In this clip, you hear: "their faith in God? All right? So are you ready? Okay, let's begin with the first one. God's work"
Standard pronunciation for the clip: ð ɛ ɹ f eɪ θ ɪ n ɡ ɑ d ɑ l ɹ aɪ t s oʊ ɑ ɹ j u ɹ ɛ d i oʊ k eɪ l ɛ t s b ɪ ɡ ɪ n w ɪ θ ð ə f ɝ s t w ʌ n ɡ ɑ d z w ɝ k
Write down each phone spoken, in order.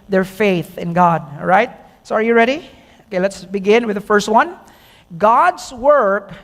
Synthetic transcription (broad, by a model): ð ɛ ɹ f eɪ θ ɪ n ɡ ɑ d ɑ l ɹ aɪ t s oʊ ɑ ɹ j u ɹ ɛ d i oʊ k eɪ l ɛ t s b ɪ ɡ ɪ n w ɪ ð ə f ɝ s t w ʌ n ɡ ɑ d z w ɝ k